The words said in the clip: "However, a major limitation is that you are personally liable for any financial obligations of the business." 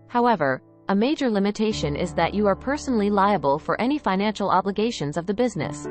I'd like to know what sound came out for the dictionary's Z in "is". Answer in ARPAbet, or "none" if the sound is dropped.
Z